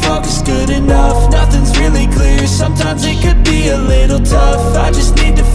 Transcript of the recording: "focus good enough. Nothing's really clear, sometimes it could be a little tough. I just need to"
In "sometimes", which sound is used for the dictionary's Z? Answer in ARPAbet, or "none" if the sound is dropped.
Z